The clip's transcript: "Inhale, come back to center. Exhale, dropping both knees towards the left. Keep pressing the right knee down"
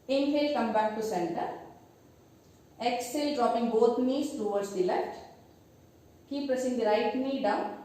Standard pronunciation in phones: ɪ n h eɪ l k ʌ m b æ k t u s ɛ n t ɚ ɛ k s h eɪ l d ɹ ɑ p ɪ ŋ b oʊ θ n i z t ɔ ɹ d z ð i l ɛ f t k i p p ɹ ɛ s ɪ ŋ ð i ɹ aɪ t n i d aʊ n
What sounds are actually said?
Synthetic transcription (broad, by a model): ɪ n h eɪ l k ʌ m b æ k t u s ɛ n t ɚ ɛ k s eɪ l d ɹ ɑ p ɪ ŋ b oʊ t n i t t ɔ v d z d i l ɛ f t k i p p ʌ s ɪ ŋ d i ɹ aɪ t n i d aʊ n